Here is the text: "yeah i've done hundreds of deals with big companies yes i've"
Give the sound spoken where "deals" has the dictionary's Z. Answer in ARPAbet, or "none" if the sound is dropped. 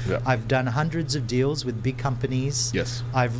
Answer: Z